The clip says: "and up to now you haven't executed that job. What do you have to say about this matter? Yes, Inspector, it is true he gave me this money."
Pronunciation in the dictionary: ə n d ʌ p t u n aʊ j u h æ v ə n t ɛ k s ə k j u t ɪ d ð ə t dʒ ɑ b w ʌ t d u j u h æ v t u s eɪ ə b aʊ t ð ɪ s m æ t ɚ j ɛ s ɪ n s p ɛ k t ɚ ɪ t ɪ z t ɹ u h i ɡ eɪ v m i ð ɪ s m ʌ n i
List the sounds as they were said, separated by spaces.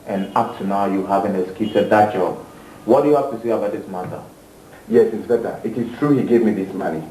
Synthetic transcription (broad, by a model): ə n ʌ p t u n aʊ j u h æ v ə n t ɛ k s k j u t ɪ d ð ə t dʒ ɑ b w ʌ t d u j u h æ f t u s eɪ ə b aʊ t ð ɪ s m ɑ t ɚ j ɛ s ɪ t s b ɛ t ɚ ɪ t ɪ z t ɹ u h i ɡ eɪ v m i ð ɪ s m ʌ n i